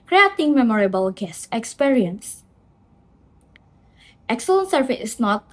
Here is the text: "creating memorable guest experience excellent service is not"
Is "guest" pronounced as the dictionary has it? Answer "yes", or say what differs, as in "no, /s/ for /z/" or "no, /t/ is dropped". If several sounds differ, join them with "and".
no, /t/ is dropped